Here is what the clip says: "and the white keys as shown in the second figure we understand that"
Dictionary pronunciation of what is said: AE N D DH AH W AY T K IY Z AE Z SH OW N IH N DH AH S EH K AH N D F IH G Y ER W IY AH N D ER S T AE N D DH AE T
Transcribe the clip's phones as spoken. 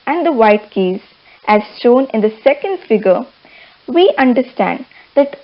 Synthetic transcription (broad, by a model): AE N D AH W AY T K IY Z AE Z S OW N IH N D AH S EH K AH N D F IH G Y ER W IY AH N D ER S T AE N D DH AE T